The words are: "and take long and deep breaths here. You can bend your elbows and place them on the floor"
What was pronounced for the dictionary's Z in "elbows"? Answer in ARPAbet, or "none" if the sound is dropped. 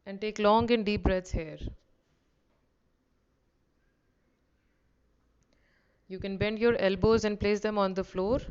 Z